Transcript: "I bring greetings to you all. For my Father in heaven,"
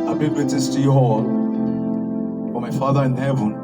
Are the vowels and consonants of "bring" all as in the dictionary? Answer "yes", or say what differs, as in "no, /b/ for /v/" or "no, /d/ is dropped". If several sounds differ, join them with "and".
no, /ɹ/ is dropped